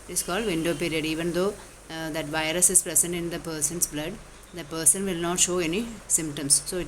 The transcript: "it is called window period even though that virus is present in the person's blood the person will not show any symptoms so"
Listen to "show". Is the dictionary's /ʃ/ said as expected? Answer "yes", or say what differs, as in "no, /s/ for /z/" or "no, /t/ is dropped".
yes